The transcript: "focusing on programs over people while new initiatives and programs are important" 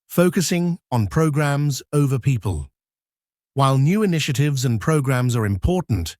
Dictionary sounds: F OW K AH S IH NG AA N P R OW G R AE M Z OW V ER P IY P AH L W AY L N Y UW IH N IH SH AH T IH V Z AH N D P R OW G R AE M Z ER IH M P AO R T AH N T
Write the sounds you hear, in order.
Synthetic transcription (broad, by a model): F OW K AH S IH NG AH N P R OW G R AE M Z OW V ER P IY P AH L W AY L N Y UW IH N IH SH AH T IH V Z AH N P R OW G R AE M Z ER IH M P AO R T N T